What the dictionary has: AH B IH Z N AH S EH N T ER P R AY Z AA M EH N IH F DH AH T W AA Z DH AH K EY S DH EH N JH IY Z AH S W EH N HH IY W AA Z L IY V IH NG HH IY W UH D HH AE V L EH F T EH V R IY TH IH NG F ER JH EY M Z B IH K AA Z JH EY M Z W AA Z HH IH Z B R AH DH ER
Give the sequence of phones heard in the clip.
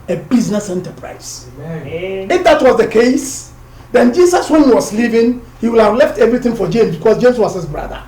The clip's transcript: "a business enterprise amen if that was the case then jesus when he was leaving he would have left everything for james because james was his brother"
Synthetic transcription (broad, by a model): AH B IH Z N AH S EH N T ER P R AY AA IH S IH F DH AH T W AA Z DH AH K EY S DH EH N JH IY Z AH S W EH N HH IY W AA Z L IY V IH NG HH IY W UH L HH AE V L EH F T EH V R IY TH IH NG F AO JH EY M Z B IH K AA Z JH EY M S W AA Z HH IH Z B R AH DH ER